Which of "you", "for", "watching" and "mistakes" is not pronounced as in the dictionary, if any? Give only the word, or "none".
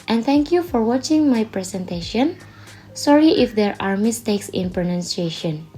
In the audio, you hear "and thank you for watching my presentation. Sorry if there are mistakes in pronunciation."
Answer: none